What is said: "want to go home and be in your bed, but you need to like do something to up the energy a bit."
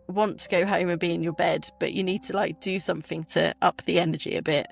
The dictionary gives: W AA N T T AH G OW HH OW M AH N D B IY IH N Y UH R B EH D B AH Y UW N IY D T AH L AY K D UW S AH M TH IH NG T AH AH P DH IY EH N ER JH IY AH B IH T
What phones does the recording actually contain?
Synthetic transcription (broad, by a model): W AA N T T AH G OW HH OW M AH N B IY IH N Y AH B EH D B AH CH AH N IY D T AH L AY K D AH S AH M TH IH NG T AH AH P DH IY EH N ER JH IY AH B IH T